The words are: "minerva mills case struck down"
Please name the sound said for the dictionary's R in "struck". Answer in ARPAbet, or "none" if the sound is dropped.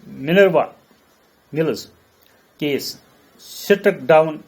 none